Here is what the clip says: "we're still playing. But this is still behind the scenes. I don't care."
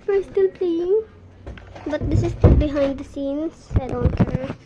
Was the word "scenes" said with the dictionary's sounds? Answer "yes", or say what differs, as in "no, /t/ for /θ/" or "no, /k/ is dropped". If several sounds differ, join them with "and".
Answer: no, /s/ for /z/